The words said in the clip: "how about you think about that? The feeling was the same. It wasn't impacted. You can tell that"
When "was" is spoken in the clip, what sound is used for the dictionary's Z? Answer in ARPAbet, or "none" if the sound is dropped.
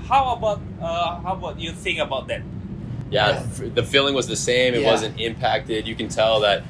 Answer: Z